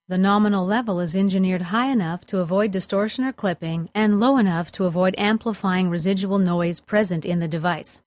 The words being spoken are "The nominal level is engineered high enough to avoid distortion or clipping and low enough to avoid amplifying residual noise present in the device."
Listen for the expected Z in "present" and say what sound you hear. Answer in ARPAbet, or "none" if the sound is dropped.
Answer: Z